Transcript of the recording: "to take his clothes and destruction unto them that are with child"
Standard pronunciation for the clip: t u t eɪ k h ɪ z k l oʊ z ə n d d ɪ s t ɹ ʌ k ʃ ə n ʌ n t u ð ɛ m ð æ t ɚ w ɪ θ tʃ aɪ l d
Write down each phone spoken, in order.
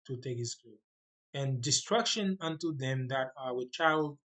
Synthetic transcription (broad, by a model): t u t eɪ k h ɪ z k u ə n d d ɪ s t ɹ ʌ k ʃ ə n ʌ n t u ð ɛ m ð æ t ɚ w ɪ tʃ aɪ l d